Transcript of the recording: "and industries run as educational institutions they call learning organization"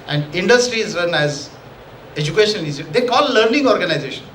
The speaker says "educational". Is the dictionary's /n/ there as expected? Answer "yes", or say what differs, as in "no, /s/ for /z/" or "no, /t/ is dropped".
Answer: no, /n/ is dropped